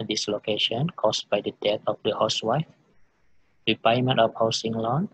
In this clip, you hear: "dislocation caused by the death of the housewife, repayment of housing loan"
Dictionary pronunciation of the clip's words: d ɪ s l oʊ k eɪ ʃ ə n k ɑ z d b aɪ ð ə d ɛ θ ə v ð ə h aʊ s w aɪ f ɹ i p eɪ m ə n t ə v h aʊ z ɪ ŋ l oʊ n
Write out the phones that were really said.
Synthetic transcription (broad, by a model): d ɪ s l oʊ k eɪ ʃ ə n k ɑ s b aɪ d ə d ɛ t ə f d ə h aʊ s w aɪ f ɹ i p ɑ m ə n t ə f h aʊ s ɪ ŋ l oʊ n